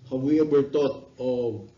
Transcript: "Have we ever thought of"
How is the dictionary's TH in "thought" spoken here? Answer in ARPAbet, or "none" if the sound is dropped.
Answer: T